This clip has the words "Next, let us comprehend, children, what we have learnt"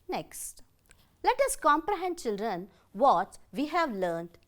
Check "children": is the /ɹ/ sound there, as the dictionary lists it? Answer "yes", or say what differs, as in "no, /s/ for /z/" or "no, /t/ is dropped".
yes